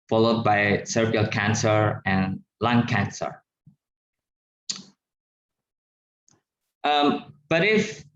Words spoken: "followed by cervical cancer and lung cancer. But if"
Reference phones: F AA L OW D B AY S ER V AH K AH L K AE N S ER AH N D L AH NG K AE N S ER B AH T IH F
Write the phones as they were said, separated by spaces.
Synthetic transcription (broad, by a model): F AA L OW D B AY S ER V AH AH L K AE N S ER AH N L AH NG K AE N S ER B AH T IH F